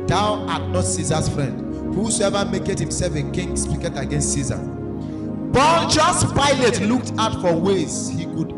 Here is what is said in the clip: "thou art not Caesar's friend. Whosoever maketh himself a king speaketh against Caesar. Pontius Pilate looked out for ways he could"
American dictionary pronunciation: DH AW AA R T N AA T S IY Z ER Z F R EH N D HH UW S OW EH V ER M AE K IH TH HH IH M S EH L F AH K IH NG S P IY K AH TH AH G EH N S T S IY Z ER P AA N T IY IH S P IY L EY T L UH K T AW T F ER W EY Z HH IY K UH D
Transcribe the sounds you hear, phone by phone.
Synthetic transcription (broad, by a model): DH AW AA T N AA T S IY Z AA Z F R EH N D HH UW S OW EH V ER M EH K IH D HH IH M S EH L F AH K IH NG S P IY K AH T AH G EH N S T S IY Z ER B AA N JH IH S P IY L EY T L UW K T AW T F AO W EY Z HH IY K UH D